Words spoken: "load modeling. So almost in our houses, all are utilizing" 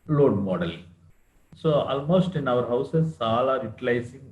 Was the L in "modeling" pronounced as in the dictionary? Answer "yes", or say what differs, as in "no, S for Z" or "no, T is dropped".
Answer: no, L is dropped